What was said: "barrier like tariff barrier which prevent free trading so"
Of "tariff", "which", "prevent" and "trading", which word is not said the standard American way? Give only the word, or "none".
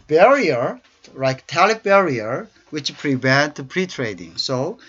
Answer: tariff